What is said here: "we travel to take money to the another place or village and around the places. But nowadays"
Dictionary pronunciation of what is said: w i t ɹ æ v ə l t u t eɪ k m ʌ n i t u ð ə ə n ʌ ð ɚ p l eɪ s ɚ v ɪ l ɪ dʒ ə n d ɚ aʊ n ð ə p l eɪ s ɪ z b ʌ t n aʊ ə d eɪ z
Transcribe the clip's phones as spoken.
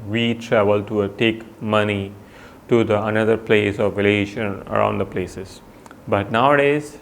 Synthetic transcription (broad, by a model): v i t ɹ æ v ə l t u t eɪ k m ʌ n i t u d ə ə n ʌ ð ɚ p l eɪ s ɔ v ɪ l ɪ ʃ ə n ɚ aʊ n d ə p l eɪ s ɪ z b ʌ t n aʊ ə d eɪ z